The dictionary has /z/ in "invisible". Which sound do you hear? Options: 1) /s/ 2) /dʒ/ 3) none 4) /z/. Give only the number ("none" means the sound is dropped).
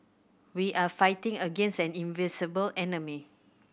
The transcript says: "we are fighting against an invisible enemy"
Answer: 1